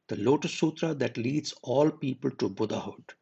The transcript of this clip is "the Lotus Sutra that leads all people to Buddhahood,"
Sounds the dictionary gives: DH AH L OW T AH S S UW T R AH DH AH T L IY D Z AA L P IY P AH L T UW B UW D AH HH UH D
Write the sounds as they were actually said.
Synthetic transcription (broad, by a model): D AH L OW T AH S S UW T R AH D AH T L IY D Z AA L P IY P AH L T UW B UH D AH HH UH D